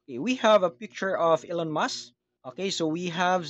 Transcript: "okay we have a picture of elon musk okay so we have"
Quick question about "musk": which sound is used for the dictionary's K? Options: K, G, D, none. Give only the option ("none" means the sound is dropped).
none